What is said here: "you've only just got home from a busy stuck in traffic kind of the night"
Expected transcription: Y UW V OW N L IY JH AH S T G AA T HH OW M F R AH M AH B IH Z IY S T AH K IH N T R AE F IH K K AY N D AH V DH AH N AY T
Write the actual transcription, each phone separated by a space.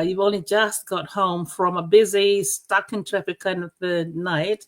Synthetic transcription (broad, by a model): Y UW V OW N L IY JH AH S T G AA T HH OW M F R AH M AH B IH Z IY S T AH K IH N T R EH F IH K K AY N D AH V DH AH N AY T